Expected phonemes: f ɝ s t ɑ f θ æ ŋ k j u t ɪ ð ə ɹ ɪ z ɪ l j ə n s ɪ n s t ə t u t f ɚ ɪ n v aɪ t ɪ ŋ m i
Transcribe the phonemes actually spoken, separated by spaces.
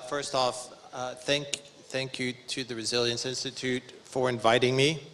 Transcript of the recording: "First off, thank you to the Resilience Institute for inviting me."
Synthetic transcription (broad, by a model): f ɝ s t ɑ f θ æ ŋ k j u t ɪ ð ə ɹ ɪ z ɪ l j ə n s ɪ n s t ə t u t f ɚ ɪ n v aɪ t ɪ ŋ m i